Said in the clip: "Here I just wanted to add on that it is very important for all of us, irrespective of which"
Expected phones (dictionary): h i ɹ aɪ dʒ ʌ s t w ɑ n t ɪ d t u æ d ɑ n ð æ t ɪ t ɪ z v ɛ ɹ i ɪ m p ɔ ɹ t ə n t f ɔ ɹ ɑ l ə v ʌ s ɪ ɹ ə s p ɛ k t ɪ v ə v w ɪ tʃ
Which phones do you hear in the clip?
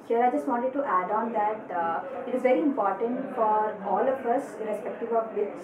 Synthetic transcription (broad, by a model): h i ɹ aɪ dʒ ʌ s t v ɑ n t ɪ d t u æ d ɑ n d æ t ɪ t ɪ z v ɛ ɹ i ɪ m p ɔ ɹ t ə n t f ɔ ɹ ɑ l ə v ʌ s ɹ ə s p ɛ k t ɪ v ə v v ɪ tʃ